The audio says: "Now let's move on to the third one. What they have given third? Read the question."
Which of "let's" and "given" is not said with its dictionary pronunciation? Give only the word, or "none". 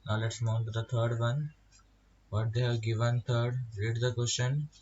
none